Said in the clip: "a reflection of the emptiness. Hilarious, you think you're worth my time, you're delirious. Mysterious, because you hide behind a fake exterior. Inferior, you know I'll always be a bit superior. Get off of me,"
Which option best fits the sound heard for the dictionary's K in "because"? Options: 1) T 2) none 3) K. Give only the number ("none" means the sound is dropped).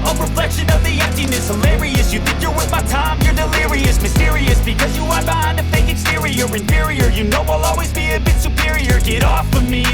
3